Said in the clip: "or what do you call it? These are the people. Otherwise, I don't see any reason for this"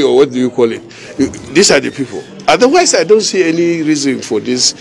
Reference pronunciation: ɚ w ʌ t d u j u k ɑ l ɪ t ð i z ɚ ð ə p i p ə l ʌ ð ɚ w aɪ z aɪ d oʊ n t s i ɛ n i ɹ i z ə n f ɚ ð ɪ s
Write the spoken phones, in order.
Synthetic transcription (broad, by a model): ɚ w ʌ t d u j u k ɑ l ɪ t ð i s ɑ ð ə p i p ə l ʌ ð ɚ w aɪ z aɪ d oʊ n t s i ɛ n i ɹ i z ə n f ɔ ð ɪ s